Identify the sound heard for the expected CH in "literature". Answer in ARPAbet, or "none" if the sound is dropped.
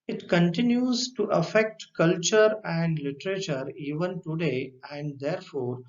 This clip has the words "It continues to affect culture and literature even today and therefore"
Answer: CH